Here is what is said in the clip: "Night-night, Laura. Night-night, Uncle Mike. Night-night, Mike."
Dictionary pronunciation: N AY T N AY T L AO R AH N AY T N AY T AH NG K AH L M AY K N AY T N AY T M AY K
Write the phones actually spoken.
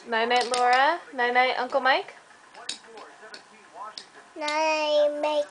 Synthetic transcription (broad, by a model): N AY N AY T L AO R AH N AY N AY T AH NG K AH L M AY K N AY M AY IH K